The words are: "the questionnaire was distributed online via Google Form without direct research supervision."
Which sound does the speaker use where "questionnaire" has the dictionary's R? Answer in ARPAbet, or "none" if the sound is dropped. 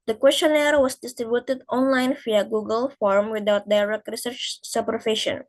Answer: R